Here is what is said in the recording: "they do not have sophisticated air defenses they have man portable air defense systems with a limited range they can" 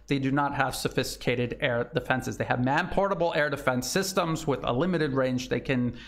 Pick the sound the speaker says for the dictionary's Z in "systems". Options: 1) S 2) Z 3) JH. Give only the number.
2